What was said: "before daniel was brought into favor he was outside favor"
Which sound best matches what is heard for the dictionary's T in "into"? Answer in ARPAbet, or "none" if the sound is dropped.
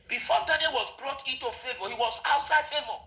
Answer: T